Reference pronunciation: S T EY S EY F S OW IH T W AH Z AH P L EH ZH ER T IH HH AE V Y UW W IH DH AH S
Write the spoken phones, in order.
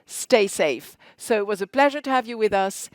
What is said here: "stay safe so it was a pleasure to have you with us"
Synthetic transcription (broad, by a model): S T EY S EY F S OW IH T W AH Z AH P L EH ZH ER T IH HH V Y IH W IH DH AH S